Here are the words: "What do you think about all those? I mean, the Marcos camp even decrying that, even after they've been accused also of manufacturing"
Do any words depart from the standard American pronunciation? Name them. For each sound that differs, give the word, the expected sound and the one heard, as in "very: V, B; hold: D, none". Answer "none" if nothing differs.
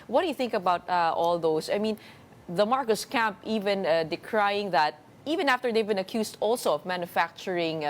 those: Z, S; accused: Z, S